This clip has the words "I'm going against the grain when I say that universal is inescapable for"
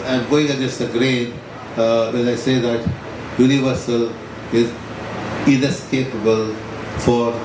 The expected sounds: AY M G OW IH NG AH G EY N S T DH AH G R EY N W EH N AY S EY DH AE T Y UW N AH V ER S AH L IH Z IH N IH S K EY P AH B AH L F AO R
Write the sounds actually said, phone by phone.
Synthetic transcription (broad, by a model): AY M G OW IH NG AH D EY S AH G R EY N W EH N AY S EY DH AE T Y UW N AH V ER S AH L IH Z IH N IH S K EY P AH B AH L F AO R